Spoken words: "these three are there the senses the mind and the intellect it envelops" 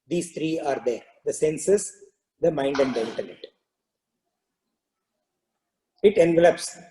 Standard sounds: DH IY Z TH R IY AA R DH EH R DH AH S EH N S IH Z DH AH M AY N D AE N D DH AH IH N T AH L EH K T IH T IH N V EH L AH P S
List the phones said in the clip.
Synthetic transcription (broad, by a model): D IY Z T R IY AA R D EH R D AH S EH N S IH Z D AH M AY N D AE N D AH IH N T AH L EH T IH T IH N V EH L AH P S